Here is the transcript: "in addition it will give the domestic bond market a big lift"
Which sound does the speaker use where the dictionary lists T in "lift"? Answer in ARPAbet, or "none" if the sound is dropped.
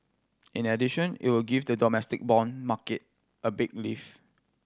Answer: none